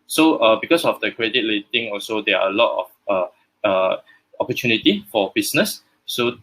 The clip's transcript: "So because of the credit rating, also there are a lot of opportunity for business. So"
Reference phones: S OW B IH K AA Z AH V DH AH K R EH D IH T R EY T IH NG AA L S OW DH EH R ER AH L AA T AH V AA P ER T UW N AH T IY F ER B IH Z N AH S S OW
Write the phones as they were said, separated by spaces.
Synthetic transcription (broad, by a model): S OW B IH K AA S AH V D AH K R EH D IH T L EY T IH NG AA L S OW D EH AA AH L AA T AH F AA P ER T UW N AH T IY F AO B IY S N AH S S OW